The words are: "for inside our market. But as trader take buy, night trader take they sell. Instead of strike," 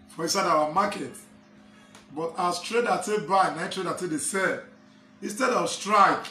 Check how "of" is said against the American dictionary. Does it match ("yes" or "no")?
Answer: no